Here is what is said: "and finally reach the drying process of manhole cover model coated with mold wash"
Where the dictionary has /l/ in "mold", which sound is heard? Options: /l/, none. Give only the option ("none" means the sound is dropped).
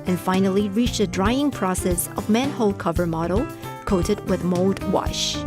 /l/